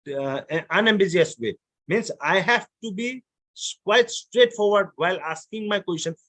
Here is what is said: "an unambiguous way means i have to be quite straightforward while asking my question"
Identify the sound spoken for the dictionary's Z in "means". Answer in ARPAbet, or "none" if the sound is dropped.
S